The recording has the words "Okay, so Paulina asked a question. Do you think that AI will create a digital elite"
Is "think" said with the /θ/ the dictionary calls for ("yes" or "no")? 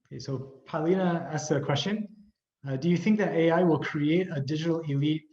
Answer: yes